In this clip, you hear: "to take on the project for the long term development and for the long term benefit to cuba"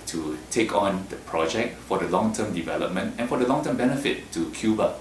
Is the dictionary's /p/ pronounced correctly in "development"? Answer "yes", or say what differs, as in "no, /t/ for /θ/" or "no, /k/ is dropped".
yes